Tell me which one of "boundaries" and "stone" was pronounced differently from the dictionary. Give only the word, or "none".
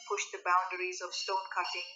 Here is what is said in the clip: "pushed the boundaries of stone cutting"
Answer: none